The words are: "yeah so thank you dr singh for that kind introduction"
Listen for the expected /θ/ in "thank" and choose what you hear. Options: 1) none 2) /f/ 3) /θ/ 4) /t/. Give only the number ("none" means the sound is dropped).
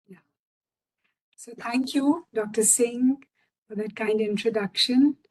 4